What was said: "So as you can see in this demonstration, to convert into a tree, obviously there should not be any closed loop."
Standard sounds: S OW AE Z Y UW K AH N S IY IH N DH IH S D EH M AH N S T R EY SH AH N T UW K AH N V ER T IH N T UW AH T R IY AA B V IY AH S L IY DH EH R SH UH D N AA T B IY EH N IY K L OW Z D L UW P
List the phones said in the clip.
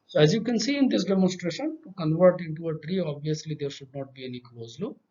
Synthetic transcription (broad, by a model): S OW AE Z Y UW K AH N S IY IH N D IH S D EH M AH N S T R EY SH AH N T UW K AH N V ER T IH N T UW AH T R IY AA B V IY AH S L IY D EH R SH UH D N AA T B IY EH N IY K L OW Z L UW